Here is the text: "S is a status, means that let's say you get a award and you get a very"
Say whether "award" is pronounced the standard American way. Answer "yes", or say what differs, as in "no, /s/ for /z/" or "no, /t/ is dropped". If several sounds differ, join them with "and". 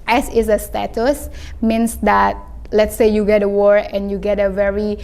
no, /d/ is dropped